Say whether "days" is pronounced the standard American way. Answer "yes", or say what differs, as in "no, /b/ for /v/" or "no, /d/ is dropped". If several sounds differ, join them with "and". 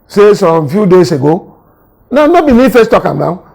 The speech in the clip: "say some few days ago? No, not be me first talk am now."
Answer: no, /s/ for /z/